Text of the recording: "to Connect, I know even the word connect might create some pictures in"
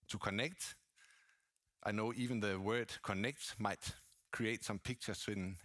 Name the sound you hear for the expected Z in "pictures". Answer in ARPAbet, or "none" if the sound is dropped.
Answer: S